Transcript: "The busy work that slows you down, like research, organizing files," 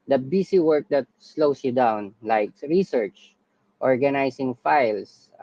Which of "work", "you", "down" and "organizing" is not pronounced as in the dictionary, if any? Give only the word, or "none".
organizing